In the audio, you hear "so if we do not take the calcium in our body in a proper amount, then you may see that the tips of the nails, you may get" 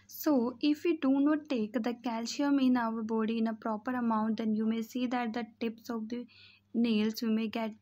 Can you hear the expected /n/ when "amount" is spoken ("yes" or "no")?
yes